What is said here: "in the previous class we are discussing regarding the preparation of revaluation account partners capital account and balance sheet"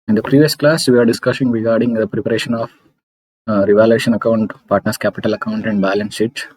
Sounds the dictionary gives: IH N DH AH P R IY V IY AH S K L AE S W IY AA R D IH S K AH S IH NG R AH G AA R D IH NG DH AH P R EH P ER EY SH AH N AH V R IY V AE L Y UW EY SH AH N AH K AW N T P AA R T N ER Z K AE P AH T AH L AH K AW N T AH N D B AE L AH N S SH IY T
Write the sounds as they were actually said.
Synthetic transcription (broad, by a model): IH N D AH P R IY V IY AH S K L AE S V IY AA R D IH S K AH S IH NG R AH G AA R D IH NG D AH P R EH P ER EY SH AH N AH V R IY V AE L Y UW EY SH AH N AH K AW N T P AA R T N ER S K AE P AH T AH L AH K AW N T AH N D B AE L AH N S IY T